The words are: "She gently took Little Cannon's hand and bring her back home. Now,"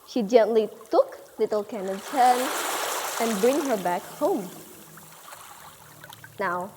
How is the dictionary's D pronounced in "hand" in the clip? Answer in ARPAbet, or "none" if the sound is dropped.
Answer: none